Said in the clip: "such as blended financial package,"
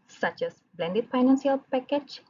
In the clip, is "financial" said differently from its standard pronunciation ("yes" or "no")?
yes